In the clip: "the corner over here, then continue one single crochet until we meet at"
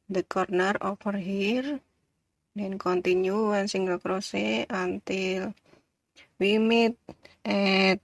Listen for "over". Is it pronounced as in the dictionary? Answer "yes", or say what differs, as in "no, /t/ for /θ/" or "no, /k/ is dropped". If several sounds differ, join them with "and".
no, /f/ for /v/